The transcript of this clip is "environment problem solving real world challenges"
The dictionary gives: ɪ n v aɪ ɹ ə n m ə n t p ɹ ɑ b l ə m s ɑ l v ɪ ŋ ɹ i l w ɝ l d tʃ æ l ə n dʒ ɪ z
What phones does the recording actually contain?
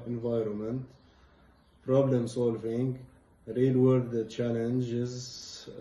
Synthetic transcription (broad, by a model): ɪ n v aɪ ɹ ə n m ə n t p ɹ ɑ b l ə m s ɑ l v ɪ ŋ ɹ i l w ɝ d tʃ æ l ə n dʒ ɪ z